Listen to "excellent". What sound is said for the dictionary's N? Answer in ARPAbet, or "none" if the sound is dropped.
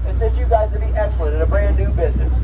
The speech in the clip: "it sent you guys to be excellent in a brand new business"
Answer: none